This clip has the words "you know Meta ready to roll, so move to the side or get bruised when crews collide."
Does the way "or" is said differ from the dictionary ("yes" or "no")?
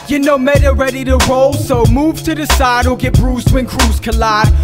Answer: yes